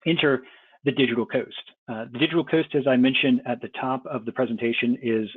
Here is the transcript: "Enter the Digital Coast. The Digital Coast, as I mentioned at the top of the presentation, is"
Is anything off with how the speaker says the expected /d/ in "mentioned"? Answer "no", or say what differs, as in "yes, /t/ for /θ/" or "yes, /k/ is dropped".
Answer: no